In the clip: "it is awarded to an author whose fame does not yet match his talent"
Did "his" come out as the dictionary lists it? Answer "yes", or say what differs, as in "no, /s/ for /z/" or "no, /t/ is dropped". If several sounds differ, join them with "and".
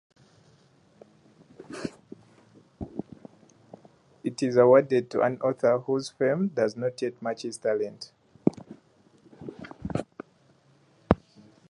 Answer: no, /s/ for /z/